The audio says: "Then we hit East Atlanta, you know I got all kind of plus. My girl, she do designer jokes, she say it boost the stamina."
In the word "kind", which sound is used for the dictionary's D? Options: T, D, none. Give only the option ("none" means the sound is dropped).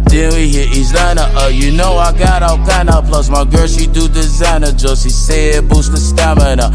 none